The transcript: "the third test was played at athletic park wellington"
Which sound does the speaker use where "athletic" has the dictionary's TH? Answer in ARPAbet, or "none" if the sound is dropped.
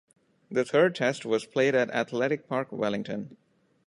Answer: T